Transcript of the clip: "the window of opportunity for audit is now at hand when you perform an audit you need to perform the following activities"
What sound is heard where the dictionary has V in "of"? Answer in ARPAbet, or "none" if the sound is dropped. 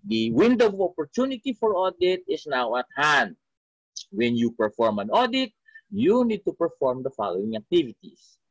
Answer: P